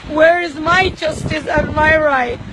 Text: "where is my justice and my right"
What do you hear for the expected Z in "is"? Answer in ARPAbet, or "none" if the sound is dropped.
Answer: Z